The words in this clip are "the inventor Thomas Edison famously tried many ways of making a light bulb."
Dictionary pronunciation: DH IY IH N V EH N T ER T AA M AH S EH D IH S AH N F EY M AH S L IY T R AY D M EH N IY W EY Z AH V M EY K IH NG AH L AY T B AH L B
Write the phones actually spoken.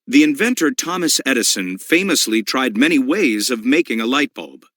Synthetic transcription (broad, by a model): DH IY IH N V EH N T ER T AA M AH S EH D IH S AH N F EY M AH S L IY T R AY D M EH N IY W EY Z AH V M EY K IH NG AH L AY T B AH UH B